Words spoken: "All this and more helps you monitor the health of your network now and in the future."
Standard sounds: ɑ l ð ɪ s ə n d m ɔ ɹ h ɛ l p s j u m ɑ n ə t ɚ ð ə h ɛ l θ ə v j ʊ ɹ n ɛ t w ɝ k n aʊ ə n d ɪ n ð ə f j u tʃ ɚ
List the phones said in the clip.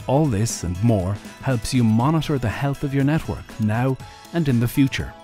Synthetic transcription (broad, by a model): ɑ l ð ɪ s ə n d m ɔ ɹ h ɛ l p s j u m ɑ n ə t ɚ ð ə h ɛ l θ ə v j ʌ ɹ n ɛ t w ɝ k n aʊ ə n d ɪ n ð ə f j u tʃ ɚ